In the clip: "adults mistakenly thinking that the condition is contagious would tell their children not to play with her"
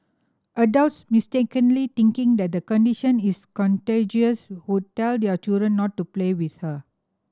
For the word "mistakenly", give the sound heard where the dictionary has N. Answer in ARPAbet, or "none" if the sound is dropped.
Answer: N